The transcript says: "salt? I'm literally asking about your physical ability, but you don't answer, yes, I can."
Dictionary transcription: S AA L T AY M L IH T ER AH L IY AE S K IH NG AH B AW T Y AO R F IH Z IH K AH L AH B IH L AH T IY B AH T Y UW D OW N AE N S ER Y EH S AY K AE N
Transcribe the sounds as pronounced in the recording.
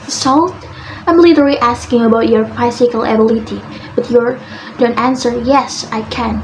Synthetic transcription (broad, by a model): S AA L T AY M L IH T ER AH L IY AE S K IH NG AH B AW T Y AO R P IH S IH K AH L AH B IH L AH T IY B AH T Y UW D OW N AE N S ER Y EH S AY K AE N